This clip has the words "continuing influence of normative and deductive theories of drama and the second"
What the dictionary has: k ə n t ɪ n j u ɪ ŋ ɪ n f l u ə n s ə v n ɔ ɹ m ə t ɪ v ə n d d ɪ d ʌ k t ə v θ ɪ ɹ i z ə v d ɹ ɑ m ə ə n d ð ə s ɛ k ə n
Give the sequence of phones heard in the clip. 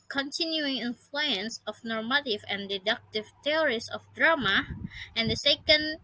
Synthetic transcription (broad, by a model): k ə n t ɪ n j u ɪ ŋ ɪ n f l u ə n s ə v n ɔ ɹ m ə t ɪ v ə n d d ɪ d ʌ k t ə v t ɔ ɹ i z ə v d ɹ ɑ m ə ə n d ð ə s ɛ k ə n